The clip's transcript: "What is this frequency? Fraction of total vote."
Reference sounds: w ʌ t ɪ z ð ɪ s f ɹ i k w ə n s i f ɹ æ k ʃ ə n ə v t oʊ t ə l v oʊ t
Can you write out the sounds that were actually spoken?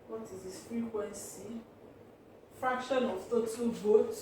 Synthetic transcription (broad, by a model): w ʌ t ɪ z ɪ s f ɹ i k w ə n s i f ɹ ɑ k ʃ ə n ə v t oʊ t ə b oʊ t